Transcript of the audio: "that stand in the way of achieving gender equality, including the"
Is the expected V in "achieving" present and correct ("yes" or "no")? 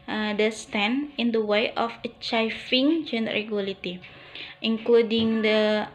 no